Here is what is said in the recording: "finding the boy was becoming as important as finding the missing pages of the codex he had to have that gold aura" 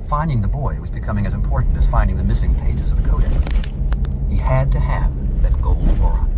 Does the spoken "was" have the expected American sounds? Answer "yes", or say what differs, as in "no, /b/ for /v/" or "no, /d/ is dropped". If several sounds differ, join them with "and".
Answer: yes